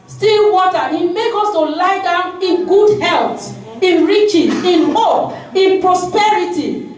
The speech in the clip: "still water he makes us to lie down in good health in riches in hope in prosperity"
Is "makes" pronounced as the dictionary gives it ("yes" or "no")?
no